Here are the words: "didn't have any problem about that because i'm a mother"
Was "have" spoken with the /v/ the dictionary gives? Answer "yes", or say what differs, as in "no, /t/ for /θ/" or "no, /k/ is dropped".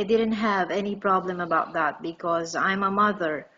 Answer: yes